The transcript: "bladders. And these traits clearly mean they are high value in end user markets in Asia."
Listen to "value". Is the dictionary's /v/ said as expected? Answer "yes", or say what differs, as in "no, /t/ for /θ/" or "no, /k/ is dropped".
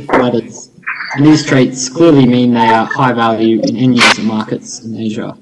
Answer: yes